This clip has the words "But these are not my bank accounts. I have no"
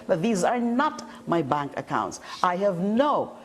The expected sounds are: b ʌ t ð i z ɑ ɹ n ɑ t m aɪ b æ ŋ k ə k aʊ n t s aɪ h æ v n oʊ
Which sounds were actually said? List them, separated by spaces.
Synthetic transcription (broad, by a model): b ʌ t ð i z ɑ ɹ n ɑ t m aɪ b æ ŋ k ə k aʊ n t s aɪ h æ v n oʊ